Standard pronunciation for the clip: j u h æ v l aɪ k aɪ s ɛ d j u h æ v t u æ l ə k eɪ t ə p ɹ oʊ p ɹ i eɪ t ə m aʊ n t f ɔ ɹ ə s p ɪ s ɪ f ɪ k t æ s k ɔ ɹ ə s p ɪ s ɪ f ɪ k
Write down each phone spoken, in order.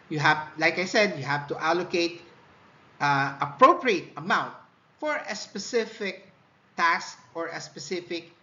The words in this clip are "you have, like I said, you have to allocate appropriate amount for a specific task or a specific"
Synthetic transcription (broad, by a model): j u h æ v l aɪ k aɪ s ɛ d j u h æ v t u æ l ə k eɪ t ə p ɹ oʊ p ɹ i eɪ t ə m aʊ n t f ɔ ɹ ə s p ɪ s ɪ f ɪ k t æ s k ɔ ɹ ə s p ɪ s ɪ f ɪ k